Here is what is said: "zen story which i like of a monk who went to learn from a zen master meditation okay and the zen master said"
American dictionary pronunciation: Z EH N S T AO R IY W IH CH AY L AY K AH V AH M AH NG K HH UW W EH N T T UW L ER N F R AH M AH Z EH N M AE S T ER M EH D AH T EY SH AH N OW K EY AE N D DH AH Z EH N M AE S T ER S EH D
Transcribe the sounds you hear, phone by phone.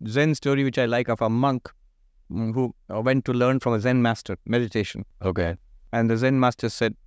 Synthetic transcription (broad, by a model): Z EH N S T AO R IY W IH CH AY L AY K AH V AH M AH NG K HH UW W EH N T T UW L ER N F R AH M AH Z EH N M AE S T ER M EH D AH T EY SH AH N OW K EY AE N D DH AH Z EH N M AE S T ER S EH D